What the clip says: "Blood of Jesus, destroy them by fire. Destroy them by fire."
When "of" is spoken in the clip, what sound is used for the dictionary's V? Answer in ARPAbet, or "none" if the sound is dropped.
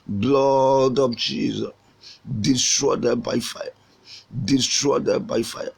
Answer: P